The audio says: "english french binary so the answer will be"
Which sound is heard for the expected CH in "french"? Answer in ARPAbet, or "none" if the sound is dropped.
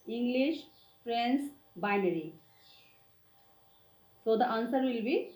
S